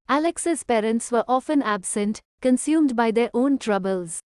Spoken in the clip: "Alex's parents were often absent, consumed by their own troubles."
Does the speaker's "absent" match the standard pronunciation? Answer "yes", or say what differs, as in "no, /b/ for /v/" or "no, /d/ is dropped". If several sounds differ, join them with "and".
yes